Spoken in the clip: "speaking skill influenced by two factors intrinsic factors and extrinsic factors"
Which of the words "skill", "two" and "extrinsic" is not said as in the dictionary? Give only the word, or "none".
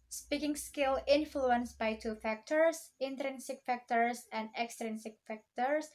none